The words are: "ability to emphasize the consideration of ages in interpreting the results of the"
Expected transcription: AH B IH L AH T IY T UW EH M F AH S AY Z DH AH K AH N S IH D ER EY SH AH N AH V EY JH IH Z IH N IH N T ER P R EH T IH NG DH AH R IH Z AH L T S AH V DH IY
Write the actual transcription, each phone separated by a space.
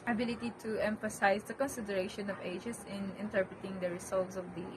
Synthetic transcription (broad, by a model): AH B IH L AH T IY T UW EH M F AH S AY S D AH K AH N S IH D ER EY SH AH N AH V EY JH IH S IH N IH N T ER P R EH T IH NG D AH R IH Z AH L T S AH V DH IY